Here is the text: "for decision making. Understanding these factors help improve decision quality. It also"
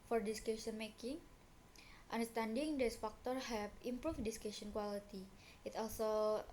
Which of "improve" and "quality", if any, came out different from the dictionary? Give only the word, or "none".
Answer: improve